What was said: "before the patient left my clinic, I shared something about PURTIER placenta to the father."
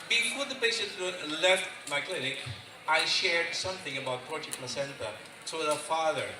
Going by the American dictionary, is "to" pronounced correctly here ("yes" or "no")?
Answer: no